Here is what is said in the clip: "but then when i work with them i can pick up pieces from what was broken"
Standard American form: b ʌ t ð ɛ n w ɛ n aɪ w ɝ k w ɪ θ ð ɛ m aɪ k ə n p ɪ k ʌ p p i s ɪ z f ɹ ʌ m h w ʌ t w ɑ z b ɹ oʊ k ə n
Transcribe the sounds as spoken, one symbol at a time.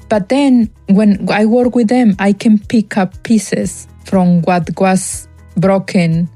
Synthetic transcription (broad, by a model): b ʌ t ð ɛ n w ɛ n aɪ w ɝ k w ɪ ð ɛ m aɪ k ə n p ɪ k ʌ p p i s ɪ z f ɹ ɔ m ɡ w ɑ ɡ w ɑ s b ɹ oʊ k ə n